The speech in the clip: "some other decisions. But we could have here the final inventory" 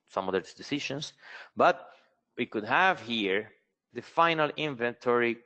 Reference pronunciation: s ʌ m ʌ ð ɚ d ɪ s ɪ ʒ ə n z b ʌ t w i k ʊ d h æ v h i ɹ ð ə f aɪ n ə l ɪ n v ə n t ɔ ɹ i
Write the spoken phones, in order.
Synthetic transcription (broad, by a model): s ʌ m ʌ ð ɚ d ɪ s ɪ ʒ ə n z b ʌ t w i k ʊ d h æ v h i ɹ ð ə f aɪ n ə l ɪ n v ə n t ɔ ɹ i